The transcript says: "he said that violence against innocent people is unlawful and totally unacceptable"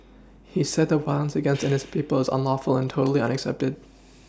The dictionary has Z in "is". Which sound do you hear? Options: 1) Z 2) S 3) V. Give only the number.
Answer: 1